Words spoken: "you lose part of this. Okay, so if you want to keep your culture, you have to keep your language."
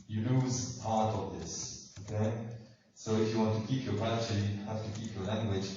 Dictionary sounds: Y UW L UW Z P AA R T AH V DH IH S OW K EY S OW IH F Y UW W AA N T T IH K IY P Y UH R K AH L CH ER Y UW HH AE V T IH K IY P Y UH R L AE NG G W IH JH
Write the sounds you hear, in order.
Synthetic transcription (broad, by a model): Y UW L UW Z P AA R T AH V DH IH S OW K EY S OW IH F Y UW W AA N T T IH K IY P Y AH R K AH CH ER Y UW HH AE F T IH K IY P Y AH R L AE NG G W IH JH